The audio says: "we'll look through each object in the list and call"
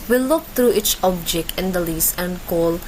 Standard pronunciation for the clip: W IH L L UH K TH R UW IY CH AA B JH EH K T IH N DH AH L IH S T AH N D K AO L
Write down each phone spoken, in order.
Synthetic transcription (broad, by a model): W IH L L UH K T R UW IY CH AA B JH EH K T IH N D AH L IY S AH N D K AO L